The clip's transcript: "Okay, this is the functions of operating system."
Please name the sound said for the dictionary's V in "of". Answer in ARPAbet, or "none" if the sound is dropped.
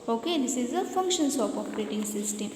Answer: P